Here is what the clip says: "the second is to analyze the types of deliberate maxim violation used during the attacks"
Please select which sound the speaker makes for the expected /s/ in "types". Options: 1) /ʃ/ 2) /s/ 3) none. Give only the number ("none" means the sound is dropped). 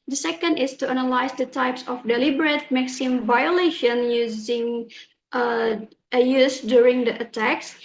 2